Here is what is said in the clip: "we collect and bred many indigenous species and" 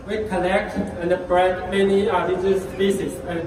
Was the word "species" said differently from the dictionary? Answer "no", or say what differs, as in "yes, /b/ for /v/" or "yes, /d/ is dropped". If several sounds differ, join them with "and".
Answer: yes, /s/ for /ʃ/